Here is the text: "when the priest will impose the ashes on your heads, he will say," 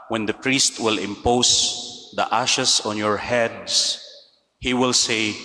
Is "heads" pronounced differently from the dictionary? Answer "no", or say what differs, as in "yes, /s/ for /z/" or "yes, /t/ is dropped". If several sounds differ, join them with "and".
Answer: yes, /s/ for /z/